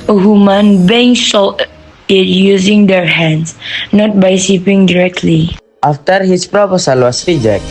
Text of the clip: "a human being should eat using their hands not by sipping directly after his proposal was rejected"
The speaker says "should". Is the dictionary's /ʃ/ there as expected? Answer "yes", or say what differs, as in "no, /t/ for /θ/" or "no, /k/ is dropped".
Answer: no, /s/ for /ʃ/